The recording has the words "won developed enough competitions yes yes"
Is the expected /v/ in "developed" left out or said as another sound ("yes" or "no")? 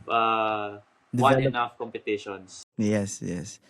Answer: yes